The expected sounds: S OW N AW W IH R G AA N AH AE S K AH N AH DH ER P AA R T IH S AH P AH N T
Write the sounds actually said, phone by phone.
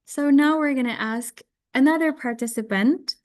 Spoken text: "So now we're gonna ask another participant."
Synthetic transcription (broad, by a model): S OW N AW W IH R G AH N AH AE S K AH N AH DH ER P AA R T IH S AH P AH N T